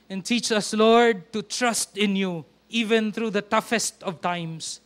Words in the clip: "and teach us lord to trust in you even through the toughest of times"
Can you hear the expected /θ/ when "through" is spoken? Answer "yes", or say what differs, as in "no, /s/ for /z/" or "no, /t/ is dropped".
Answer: no, /t/ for /θ/